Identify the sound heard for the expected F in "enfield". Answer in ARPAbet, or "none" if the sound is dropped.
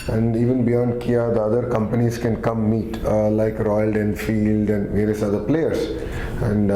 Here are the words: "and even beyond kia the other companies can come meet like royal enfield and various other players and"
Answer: F